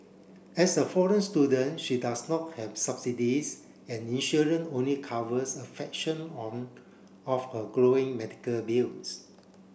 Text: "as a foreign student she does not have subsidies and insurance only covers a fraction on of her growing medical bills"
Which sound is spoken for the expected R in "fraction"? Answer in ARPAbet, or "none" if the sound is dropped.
none